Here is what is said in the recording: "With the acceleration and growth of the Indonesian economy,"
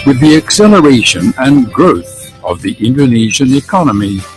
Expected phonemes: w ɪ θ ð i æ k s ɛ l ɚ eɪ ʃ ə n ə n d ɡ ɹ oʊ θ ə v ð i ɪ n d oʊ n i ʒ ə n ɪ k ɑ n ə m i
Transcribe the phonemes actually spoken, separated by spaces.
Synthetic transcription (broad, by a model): w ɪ ð i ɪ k s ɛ l ɚ eɪ ʃ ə n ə n ɡ ɹ oʊ θ ə v ð i ɪ n d oʊ n i ʒ ə n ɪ k ɑ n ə m i